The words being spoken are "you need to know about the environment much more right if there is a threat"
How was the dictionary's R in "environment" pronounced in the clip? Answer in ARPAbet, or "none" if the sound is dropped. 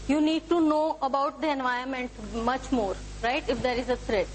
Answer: none